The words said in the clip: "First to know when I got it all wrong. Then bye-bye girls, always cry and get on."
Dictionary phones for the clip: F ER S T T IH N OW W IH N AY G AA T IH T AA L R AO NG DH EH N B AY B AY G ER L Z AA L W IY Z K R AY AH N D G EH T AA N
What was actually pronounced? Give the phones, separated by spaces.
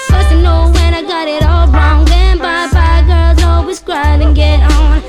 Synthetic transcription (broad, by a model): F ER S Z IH N OW W IH N AY G AA T IH T AA L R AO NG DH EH N B AY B AY G ER L Z AA L W IY Z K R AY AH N G EH T N